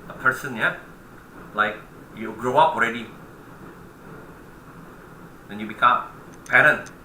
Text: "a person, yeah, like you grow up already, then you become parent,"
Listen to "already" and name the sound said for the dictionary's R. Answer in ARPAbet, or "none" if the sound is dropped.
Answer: R